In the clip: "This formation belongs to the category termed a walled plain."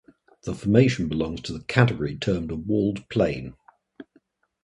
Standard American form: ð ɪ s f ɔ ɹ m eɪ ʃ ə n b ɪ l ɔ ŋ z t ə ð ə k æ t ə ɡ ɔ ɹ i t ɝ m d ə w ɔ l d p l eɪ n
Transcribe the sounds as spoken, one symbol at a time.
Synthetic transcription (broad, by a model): ð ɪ f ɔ m eɪ ʃ ə n b ɪ l ɔ ŋ z t ə ð ə k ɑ t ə ɡ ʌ ɹ i t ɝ m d ə w ɔ l d p l eɪ n